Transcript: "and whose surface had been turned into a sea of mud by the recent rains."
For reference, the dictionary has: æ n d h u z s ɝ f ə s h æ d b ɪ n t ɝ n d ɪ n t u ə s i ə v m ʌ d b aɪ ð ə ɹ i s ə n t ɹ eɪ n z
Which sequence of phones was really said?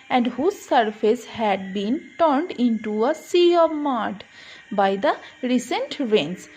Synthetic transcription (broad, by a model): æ n d h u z s ɝ f ə s h æ d b ɪ n t ɝ n d ɪ n t u ə s i ə v m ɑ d b aɪ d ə ɹ i s ə n t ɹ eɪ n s